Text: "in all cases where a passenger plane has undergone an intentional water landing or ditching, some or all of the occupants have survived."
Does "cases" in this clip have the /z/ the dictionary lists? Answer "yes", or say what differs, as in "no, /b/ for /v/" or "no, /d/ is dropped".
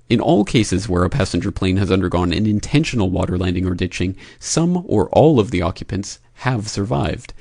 yes